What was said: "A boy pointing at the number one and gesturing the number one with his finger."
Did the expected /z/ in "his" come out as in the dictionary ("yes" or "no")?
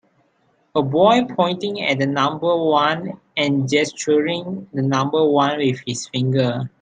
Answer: no